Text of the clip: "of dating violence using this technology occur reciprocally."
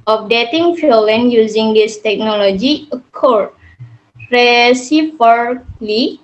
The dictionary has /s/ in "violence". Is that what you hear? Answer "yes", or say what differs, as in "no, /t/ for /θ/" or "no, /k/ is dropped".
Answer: no, /s/ is dropped